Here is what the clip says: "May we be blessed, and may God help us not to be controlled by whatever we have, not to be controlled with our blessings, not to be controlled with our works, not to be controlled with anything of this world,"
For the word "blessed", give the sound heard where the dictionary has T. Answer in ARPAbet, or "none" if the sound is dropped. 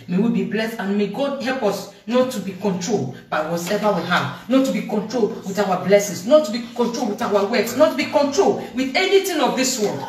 T